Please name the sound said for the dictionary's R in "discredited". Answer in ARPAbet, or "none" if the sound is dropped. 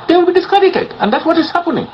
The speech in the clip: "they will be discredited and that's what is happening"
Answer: none